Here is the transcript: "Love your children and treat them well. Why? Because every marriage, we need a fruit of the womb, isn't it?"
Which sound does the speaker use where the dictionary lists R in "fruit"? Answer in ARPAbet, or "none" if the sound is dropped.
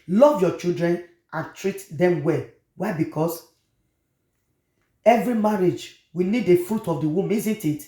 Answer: R